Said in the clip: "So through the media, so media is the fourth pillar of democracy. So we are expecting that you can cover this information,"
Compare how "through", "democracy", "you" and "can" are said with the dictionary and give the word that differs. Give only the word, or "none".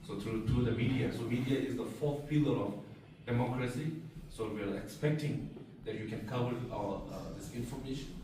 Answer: through